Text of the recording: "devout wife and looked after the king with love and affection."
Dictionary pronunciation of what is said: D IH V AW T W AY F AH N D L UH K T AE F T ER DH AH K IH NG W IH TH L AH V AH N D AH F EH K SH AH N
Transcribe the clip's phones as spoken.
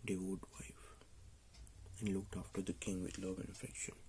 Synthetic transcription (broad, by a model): D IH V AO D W AY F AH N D L UH K T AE F T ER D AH K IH NG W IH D L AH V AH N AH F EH K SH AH N